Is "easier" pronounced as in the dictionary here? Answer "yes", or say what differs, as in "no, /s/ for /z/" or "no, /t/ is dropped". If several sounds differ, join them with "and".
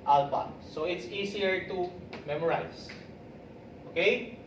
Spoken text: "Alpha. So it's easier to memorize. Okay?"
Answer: no, /s/ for /z/